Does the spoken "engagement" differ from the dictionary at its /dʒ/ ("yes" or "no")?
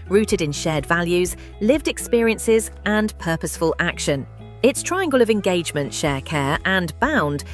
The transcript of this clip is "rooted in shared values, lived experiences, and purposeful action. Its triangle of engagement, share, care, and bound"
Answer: no